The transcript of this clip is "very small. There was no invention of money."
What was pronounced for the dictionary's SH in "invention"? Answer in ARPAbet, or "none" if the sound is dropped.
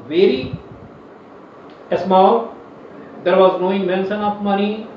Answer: S